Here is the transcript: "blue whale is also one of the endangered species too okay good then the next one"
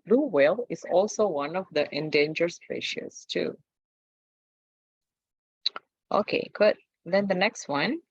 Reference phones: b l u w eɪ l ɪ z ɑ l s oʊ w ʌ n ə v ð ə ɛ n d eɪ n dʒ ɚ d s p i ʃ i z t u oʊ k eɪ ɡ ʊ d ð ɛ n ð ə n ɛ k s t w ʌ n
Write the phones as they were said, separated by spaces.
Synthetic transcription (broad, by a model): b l u w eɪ l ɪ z ɑ l s oʊ w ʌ n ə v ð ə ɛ n d eɪ n dʒ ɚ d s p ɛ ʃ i s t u oʊ k eɪ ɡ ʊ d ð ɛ n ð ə n ɛ k s t w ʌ n